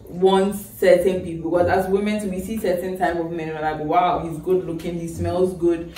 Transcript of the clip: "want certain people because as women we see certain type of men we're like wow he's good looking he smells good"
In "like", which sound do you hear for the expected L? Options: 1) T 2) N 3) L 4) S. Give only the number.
2